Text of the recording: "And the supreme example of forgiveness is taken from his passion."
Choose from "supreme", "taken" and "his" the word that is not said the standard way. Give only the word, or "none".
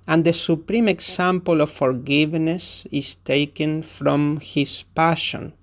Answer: his